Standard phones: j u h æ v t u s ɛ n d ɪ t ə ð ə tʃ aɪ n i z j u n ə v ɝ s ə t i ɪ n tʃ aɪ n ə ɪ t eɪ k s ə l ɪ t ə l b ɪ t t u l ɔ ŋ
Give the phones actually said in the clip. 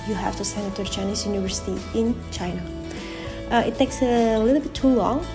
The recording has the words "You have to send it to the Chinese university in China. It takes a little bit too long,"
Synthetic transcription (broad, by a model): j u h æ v t u s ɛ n ɪ t ə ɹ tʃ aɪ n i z j u n ə v ɝ s ə t i ɪ n tʃ aɪ n ə ɪ t eɪ k s ə l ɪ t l b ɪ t t u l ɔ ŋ